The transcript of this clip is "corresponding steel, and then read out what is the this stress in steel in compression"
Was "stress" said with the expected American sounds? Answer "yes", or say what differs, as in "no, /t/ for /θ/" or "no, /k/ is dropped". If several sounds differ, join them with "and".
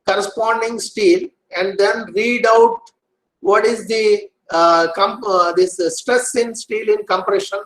yes